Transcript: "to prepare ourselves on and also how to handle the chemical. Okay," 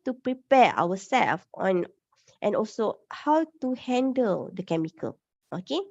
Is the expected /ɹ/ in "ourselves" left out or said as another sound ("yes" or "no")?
yes